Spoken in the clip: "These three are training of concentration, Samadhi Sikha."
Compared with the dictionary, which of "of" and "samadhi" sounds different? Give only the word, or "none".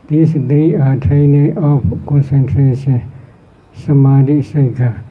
of